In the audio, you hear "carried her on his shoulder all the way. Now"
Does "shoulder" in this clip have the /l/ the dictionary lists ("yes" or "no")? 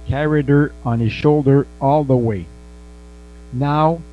yes